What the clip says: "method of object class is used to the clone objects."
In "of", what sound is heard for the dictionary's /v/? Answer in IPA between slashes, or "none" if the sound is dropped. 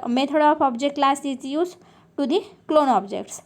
/p/